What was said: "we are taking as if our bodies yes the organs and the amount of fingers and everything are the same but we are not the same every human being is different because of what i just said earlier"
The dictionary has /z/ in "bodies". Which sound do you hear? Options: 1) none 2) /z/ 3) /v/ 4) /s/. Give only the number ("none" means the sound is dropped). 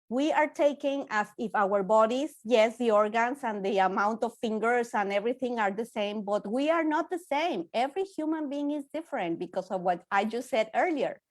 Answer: 4